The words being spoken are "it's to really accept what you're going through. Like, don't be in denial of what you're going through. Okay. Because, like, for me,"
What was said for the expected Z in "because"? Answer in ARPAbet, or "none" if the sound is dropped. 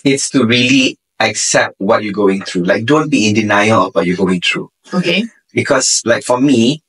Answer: S